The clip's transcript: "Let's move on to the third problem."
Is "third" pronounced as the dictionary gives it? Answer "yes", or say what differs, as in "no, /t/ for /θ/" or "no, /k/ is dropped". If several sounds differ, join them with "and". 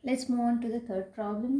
no, /t/ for /θ/